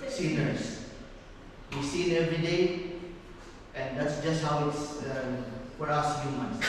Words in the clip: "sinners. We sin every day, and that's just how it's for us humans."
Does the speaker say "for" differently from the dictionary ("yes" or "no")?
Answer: yes